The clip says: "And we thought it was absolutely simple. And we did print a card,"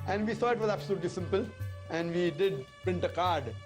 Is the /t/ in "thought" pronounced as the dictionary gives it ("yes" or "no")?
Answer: no